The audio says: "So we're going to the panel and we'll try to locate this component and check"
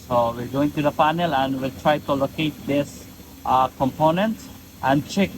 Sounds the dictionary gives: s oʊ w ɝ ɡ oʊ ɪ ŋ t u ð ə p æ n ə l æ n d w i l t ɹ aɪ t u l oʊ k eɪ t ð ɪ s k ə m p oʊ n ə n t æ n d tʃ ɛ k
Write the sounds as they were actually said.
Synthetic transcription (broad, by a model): s oʊ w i ɡ oʊ ɪ ŋ t u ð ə f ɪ n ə l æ n d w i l t ɹ aɪ t u l oʊ k eɪ t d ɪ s k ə m p oʊ n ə n t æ n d tʃ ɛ k